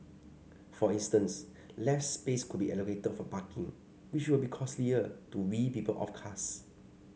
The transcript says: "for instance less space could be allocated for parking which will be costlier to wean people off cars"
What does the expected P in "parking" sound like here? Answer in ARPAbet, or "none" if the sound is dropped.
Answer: B